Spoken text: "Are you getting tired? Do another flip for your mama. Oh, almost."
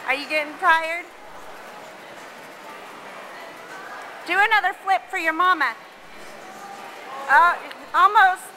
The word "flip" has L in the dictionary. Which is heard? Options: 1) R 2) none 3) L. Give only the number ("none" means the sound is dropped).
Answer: 3